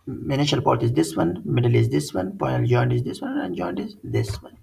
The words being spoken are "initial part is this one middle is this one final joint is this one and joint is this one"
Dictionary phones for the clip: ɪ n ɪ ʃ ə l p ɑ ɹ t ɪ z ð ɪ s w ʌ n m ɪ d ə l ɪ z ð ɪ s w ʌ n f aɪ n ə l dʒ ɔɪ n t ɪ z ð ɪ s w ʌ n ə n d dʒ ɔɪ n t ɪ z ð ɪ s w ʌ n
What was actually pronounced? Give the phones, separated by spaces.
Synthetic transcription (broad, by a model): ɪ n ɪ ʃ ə l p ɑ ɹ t ɪ z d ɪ s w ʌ n m ɪ d ə l ɪ z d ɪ s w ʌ n p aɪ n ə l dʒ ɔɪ n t ɪ z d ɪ s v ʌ n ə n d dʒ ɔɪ n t ɪ z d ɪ s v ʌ n